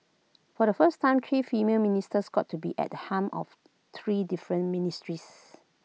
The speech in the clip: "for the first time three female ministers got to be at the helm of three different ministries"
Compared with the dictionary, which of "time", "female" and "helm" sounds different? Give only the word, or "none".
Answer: helm